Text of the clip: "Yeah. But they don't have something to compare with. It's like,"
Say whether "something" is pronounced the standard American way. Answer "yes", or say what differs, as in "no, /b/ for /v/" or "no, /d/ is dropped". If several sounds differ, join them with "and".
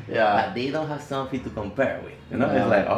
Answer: no, /f/ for /θ/